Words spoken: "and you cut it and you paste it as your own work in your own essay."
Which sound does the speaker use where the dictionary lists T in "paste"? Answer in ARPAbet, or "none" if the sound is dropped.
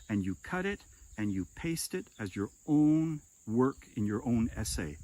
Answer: T